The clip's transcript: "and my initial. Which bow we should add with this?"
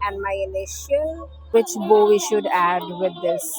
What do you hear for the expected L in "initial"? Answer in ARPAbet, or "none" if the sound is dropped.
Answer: N